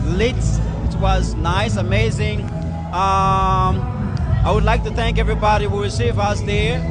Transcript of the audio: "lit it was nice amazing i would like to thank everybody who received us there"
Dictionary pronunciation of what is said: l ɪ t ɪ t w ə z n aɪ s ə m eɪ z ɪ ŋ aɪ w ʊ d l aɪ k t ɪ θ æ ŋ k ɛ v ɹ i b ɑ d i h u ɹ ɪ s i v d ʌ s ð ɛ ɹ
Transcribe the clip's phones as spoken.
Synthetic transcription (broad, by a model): l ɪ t ɪ t w ə z n aɪ s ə m eɪ z ɪ ŋ aɪ w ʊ d l aɪ k t ɪ θ æ ŋ k ɛ v ɹ i b ɑ d i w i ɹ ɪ s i v ʌ s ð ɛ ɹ